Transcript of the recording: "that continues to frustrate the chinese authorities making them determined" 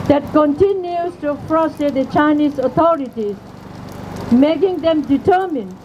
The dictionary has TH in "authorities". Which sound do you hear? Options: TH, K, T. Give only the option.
T